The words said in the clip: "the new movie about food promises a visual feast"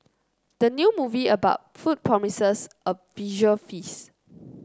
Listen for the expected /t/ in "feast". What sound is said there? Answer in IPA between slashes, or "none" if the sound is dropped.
none